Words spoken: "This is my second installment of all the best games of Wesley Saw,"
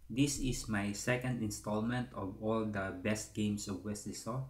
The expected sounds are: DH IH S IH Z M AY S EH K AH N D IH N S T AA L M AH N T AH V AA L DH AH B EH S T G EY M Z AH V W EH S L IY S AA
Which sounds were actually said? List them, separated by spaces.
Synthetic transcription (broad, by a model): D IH S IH S M AY S EH K AH N D IH N S T AA L M AH N T AH V AA L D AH B EH S T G EY M S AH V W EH S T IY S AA